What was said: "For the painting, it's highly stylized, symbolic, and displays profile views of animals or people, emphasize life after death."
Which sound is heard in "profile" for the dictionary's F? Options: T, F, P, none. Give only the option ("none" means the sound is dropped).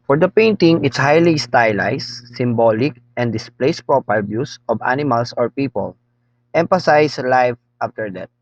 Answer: P